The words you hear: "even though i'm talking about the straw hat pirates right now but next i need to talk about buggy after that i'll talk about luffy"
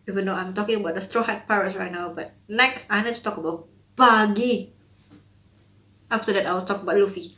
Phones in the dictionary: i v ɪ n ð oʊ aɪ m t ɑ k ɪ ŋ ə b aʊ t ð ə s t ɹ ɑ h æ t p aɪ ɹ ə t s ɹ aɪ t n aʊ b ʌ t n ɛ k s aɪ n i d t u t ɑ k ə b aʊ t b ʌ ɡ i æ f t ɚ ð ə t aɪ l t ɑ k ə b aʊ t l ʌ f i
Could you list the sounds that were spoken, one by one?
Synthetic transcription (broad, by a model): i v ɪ n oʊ aɪ m t ɑ k ɪ ŋ ə b aʊ t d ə s t ɹ ɑ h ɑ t p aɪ ɹ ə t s ɹ aɪ t n aʊ b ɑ t n ɛ k s aɪ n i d t u t ɑ k ə b aʊ t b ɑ ɡ i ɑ f t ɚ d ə t aɪ w t ɑ k ə b aʊ t l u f i